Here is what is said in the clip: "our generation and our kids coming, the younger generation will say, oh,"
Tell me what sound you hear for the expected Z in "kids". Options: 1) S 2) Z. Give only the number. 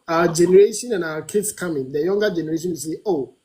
1